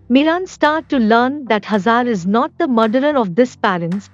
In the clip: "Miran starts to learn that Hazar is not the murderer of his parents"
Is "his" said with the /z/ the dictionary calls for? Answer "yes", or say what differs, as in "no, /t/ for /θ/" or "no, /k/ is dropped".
no, /s/ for /z/